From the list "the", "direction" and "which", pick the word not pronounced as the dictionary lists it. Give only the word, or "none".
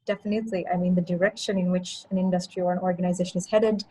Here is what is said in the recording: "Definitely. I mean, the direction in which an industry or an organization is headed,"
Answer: none